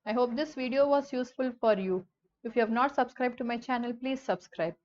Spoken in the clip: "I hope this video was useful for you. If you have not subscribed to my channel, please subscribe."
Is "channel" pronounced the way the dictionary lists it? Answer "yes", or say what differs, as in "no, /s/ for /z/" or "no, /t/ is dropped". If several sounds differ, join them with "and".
yes